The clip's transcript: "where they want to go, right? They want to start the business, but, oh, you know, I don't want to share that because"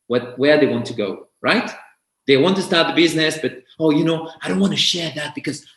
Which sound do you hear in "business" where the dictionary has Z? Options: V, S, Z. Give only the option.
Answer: Z